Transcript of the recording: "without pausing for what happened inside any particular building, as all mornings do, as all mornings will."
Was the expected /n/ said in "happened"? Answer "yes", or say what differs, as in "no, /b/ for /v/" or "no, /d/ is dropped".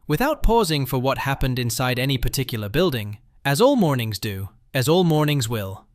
yes